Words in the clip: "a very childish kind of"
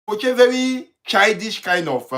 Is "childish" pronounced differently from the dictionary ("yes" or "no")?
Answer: yes